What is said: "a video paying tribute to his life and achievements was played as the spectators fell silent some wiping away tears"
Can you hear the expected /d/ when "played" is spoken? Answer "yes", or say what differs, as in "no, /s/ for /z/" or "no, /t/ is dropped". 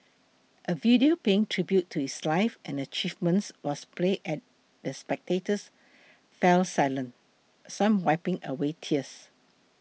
no, /d/ is dropped